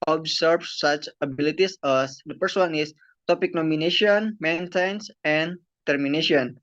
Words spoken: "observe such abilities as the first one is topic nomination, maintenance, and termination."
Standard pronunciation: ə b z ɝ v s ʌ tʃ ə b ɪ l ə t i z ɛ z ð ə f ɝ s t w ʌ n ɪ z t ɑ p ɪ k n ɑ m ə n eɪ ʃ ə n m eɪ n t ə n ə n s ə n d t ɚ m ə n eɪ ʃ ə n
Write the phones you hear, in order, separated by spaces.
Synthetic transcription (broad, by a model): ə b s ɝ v s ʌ tʃ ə b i l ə t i s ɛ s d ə p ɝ s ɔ n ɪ s t ɑ p ɪ k n ɑ m ə n eɪ ʃ ə n m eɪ n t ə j n s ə n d t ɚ m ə n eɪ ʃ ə n